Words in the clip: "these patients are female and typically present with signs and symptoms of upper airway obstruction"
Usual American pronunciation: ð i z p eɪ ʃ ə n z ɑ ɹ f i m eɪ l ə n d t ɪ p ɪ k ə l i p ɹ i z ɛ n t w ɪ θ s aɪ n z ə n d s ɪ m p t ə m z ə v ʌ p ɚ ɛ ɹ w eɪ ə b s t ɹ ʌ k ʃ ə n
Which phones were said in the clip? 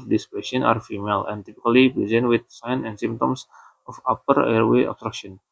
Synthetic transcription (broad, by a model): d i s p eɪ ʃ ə n ɑ ɹ f i m eɪ l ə n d t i p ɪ k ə l i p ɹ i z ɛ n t w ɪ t s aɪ n ə n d s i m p t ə m s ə f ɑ p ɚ ɛ ɹ w eɪ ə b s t ɹ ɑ k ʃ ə n